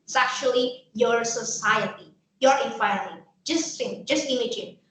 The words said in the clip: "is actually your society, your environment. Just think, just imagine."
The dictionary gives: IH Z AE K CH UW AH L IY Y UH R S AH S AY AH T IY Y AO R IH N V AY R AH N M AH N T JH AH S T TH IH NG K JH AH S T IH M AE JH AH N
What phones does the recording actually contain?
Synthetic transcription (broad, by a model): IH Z AE K CH UW AH L IY Y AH R S AH S AY AH T IY Y AO R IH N F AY AH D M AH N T JH AH S T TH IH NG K JH AH S T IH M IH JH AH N